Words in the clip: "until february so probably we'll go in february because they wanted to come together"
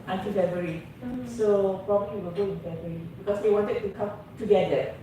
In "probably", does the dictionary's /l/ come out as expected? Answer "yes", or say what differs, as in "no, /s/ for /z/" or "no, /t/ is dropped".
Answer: no, /w/ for /l/